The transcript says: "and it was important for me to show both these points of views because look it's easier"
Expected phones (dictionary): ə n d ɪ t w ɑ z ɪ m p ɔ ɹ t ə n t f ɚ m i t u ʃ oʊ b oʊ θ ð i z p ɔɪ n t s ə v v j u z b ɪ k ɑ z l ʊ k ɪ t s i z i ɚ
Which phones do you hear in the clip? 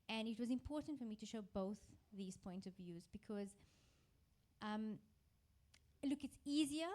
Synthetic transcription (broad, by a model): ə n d ɪ t w ɑ z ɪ m p ɔ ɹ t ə n t f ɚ m i t u ʃ oʊ b oʊ θ ð i z p ɔɪ n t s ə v v j u z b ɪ k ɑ z l ʊ k ɪ t s i z i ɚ